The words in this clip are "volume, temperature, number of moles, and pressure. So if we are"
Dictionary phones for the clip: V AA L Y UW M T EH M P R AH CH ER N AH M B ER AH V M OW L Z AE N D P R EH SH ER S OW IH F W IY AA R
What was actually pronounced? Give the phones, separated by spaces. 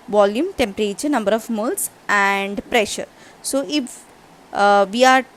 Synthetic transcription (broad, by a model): V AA L Y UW M T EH M P R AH CH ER N AH M B ER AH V M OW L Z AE N D P R EH SH ER S OW IH F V IY AA R